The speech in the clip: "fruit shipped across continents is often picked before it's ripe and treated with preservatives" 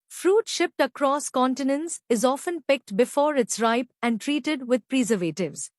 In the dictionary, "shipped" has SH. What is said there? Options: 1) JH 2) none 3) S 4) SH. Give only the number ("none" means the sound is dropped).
4